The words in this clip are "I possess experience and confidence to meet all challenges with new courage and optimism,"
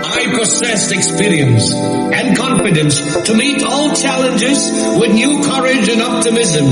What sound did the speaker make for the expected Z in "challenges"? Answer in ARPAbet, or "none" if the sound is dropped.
Z